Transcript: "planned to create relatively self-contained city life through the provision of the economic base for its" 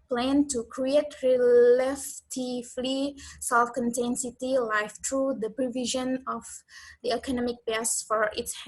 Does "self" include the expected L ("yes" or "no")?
yes